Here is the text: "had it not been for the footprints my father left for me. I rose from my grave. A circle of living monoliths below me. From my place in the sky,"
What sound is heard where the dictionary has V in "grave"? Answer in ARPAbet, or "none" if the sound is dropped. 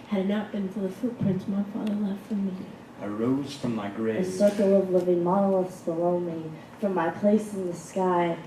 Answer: none